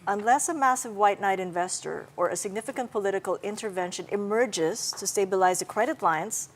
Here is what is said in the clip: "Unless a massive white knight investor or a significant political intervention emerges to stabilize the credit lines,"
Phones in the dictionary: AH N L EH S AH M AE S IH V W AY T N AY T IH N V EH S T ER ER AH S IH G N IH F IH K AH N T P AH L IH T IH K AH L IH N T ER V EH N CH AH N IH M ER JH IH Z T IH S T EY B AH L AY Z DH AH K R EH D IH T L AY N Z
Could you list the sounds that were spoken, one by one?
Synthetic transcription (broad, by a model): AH N L EH S AH M AE S IH V W AY T N AY T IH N V EH S T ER ER AH S IH G N IH F IH K AH N T P AH L IH T IH K AH L IH N T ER V EH N SH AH N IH M ER JH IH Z T IH S T EY B AH L AY Z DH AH K R EH D IH T L AY N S